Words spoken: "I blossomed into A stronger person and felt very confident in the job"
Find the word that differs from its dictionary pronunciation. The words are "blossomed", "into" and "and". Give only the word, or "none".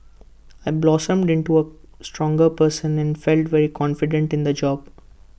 none